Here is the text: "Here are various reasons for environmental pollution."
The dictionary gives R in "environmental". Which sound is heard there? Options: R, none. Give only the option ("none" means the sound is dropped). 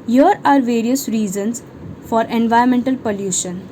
none